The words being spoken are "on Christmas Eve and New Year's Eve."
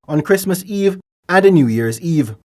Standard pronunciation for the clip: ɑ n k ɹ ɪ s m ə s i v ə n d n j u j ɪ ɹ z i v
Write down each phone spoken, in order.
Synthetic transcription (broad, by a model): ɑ n k ɹ ɪ s m ə s i v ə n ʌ n j u j ɪ ɹ z i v